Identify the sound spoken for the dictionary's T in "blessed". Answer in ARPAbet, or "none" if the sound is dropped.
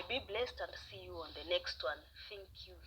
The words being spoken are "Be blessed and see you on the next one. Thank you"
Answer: T